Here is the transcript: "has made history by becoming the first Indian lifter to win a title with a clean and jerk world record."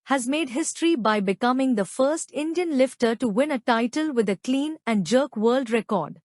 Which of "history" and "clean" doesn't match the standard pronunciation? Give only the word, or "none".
none